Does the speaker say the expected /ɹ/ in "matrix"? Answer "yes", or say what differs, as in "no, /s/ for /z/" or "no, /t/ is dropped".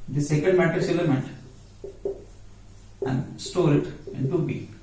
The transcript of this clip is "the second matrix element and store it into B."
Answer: no, /ɹ/ is dropped